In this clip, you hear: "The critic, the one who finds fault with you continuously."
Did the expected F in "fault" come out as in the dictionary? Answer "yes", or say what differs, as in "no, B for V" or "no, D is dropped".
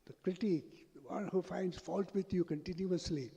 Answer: yes